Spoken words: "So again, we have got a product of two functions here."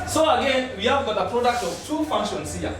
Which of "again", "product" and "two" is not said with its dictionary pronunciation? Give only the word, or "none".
none